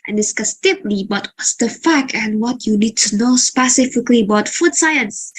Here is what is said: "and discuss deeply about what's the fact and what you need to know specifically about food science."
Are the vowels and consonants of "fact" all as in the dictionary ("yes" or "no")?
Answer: no